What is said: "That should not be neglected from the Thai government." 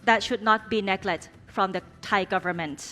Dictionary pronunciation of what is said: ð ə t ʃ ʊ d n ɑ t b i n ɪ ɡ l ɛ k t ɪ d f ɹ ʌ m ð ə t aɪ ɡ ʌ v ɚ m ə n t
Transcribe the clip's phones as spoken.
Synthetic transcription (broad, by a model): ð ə t ʃ ʊ d n ɑ t b i n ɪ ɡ l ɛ t f ɹ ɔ m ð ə t aɪ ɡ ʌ v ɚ m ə n t